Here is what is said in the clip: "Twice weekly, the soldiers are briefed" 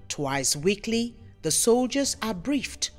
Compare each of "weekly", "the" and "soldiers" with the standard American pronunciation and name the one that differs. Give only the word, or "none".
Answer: none